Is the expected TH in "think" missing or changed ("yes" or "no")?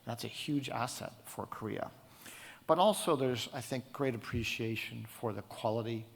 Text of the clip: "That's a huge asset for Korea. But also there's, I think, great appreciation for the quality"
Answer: no